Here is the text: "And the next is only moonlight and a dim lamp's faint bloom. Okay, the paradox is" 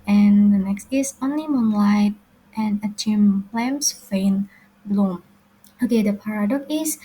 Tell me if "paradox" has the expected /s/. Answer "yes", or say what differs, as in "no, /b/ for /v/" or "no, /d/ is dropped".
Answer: no, /s/ is dropped